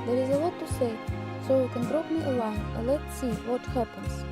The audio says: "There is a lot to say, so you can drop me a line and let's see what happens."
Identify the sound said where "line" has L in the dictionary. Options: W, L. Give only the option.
W